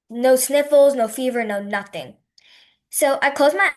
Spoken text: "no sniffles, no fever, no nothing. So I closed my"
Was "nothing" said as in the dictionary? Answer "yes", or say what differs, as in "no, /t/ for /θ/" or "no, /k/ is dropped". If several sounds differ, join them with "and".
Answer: yes